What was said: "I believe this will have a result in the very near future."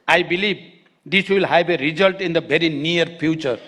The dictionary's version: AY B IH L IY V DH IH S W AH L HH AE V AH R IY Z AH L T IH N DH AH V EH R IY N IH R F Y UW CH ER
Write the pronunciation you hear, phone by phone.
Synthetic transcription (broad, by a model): AY B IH L IY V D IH S W AH L HH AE B AH R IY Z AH L T IH N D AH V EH R IY N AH R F Y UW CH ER